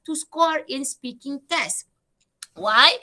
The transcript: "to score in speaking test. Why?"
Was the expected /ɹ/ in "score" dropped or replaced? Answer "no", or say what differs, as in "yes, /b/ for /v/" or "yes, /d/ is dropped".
no